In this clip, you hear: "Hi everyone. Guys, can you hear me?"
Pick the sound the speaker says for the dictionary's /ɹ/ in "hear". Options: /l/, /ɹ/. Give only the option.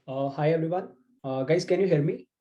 /l/